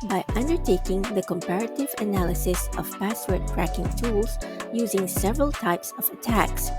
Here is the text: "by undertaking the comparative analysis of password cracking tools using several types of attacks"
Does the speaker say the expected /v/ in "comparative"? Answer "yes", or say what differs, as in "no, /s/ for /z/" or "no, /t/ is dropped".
yes